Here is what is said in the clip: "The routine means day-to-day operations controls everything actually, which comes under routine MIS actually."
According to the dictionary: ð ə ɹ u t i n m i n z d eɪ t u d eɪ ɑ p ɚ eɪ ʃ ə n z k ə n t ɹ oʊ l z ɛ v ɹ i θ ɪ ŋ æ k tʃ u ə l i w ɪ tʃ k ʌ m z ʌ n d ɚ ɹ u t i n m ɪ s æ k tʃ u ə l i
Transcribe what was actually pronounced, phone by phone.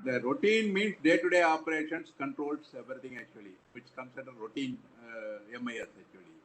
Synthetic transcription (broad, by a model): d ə ɹ u t i n m i n s d eɪ t u d eɪ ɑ p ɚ eɪ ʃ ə n s k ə n t ɹ oʊ l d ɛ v ɹ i t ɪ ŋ æ k tʃ u ə l i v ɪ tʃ k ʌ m s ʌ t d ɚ ɹ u t i n m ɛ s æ k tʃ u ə l i